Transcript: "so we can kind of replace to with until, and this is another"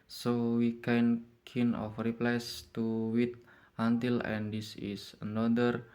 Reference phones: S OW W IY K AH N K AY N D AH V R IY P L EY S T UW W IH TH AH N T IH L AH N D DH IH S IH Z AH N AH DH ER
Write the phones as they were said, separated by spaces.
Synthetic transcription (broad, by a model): S OW W IY K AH N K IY N AH F R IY P L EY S T UW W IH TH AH N T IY L AH N D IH S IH S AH N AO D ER